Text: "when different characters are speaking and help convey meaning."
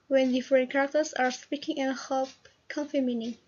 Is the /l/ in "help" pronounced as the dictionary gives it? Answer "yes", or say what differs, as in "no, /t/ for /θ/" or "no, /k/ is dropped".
no, /l/ is dropped